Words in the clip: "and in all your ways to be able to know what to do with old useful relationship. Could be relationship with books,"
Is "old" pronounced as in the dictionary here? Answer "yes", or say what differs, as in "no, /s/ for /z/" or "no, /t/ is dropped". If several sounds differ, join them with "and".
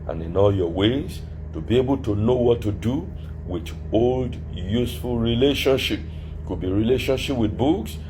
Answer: yes